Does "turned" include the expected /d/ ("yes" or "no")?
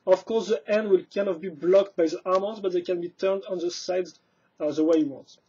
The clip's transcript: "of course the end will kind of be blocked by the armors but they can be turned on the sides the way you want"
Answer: yes